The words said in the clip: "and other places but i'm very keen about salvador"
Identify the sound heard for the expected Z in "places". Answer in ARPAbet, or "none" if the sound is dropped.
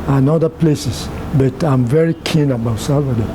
S